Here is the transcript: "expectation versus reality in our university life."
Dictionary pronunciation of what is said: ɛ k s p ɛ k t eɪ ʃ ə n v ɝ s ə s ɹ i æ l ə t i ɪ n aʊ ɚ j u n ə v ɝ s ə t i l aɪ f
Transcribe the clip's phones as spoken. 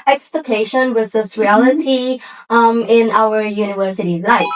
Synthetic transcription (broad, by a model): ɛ k s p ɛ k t eɪ ʃ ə n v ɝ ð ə s ɹ i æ l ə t i ɪ n aʊ ɚ j u n ə v ɝ s ə t i l aɪ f